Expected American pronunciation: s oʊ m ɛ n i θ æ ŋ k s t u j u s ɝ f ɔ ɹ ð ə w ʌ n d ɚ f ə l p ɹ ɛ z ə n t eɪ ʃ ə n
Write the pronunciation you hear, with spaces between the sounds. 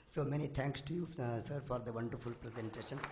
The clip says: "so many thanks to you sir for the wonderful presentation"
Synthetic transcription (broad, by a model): s oʊ m ɛ n i t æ ŋ k s t u j u s ɝ f ɔ ɹ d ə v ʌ n d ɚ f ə l p ɹ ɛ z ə n t eɪ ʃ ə n